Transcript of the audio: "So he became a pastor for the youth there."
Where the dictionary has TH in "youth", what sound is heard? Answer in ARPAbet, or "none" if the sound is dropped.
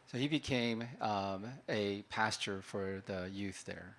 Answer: TH